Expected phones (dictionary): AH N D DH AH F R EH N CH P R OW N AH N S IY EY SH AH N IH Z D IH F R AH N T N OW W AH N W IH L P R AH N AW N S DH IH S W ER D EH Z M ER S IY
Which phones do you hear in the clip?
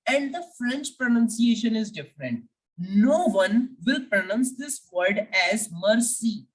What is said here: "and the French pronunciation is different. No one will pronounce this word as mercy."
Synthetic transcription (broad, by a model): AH N D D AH F R EH N CH P R OW N AH N S IY EY SH AH N IH Z D IH F R AH N T N OW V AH N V IH L P R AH N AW N S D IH S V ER D EH Z M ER S IY